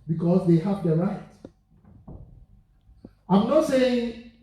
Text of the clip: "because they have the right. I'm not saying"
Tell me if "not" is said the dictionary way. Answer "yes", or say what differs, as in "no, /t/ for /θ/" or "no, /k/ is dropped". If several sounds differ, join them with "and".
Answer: yes